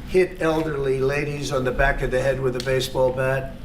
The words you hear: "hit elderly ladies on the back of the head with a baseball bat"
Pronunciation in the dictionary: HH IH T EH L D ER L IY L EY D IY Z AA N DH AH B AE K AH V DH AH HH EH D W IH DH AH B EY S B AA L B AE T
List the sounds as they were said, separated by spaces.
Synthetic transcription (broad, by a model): HH IH T EH L D ER L IY L EY D IY Z N DH AH B AE K AH V DH AH HH EH D W IH DH AH B EY S B AA L B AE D